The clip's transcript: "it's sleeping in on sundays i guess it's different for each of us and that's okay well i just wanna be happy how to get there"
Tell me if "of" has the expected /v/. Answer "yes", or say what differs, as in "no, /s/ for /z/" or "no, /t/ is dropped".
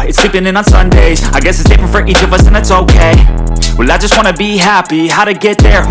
yes